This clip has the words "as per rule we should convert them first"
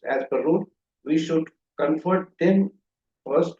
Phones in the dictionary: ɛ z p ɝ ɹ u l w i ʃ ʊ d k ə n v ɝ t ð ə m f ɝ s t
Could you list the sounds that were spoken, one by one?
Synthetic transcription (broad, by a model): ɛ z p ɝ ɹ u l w i ʃ ʊ d k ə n f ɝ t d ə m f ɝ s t